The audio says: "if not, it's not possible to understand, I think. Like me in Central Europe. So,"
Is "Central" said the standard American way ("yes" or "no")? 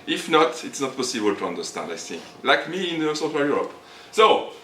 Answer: no